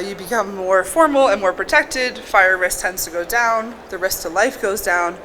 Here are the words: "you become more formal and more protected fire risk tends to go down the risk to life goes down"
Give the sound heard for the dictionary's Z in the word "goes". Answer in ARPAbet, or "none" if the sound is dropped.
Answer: Z